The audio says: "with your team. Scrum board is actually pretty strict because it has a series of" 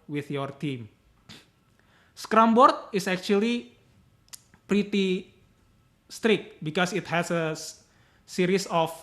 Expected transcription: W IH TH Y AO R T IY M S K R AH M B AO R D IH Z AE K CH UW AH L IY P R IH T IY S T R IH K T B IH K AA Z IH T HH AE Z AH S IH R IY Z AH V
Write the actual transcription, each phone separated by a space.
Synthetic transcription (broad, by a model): W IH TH Y AO R T IY M S K R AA M B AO R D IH S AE K CH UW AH L IY P R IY T IY S T R IH K T B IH K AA S IH T HH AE S AH S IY R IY S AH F